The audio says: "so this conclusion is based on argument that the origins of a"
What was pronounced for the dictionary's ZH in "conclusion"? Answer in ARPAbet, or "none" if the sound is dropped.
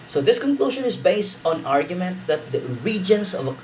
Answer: SH